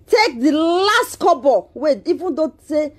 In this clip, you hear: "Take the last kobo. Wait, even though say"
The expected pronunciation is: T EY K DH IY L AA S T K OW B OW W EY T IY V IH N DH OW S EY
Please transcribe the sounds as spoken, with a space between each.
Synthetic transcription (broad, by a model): T EY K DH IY L AA S T K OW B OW W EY IY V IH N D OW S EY